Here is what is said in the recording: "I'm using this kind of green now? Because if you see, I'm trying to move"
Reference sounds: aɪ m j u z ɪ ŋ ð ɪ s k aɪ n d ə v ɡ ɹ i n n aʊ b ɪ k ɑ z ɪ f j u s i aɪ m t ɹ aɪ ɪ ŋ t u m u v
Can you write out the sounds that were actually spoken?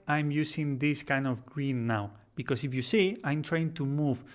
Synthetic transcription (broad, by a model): aɪ m j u s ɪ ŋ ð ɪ s k aɪ n d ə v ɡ ɹ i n n aʊ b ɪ k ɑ s ɪ f j u s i aɪ m t ɹ aɪ ɪ ŋ t u m u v